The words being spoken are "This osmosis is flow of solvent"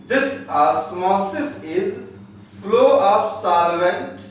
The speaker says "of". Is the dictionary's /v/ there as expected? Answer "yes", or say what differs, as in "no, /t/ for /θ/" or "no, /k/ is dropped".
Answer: no, /p/ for /v/